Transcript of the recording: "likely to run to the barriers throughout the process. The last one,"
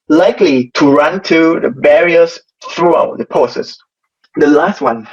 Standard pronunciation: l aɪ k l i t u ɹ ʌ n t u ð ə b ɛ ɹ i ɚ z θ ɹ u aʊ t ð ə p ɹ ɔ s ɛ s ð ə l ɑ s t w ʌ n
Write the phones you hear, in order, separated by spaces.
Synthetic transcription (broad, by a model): l aɪ k l i t u ɹ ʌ n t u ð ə b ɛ ɹ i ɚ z θ ɹ u aʊ t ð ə p ɔ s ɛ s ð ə l ɑ s t w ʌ n